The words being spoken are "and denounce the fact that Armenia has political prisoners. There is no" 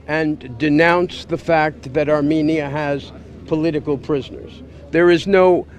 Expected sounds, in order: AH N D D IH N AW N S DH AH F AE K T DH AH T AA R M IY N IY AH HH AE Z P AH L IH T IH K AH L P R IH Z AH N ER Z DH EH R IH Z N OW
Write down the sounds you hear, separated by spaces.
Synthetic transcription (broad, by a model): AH N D D IH N AW N S DH AH F AE K T DH AH T AA R M IY N IY AH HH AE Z P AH L IH T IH K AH L P R IH Z AH N ER Z DH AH R IH Z N OW